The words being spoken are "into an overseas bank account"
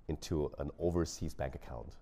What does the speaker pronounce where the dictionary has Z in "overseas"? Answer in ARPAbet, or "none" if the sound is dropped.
Z